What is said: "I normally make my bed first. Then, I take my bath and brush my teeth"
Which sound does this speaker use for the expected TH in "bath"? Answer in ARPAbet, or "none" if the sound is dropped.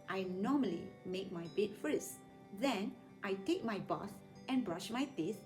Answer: S